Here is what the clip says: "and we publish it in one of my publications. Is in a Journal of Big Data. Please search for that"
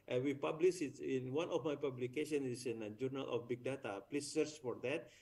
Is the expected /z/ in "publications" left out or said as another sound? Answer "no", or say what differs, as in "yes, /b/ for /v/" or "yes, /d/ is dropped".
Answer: yes, /z/ is dropped